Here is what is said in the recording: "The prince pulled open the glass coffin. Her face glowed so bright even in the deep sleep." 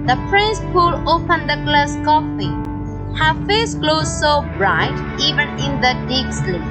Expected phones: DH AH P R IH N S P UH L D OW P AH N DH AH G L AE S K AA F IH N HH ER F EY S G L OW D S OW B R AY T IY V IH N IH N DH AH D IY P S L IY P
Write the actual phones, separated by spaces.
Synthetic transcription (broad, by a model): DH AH P R IH N S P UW L OW P AH N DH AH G L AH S K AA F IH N HH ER F EY S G L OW S OW B R AY T IY V IH N IH N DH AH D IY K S L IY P